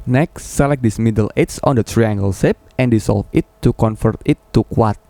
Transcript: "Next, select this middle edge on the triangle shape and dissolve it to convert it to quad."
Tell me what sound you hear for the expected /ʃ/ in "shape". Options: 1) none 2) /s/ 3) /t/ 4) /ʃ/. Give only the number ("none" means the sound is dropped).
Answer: 2